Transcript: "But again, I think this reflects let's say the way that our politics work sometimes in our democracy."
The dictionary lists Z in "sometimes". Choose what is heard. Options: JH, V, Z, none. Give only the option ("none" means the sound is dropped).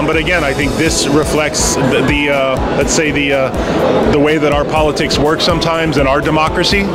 Z